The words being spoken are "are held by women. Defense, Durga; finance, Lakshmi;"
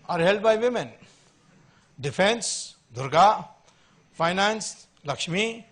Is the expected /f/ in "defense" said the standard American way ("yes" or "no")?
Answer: no